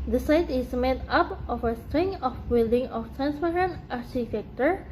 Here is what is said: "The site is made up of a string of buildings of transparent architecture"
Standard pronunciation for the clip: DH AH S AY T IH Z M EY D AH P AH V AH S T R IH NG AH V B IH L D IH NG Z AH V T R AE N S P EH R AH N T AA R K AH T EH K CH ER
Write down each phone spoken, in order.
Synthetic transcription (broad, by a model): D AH S AY T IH S M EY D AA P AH F AH S T R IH NG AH F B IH L D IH NG AH F T R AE N S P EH R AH N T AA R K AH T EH K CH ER